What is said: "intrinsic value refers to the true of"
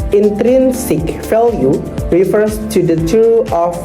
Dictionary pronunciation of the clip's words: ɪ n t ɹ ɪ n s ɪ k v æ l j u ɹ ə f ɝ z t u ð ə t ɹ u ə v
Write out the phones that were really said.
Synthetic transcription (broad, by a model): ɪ n t ɹ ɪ n s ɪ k f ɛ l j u ɹ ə f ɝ s t u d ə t u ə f